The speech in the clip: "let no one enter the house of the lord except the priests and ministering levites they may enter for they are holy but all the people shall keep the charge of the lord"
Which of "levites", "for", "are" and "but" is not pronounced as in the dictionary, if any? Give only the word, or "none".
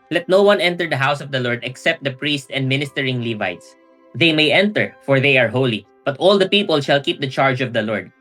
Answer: none